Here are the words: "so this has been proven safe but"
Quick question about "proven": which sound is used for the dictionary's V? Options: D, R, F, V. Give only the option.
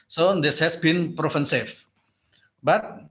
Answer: F